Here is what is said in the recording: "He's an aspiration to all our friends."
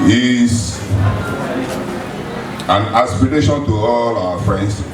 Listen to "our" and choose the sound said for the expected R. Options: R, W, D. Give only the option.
W